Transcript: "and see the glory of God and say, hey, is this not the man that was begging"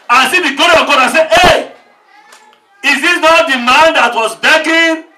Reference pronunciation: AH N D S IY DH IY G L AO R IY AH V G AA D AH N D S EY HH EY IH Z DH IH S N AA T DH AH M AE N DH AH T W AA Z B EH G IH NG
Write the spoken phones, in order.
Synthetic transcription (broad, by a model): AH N S IY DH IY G AO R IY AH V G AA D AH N S EY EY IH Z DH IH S N AA T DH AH M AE N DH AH T W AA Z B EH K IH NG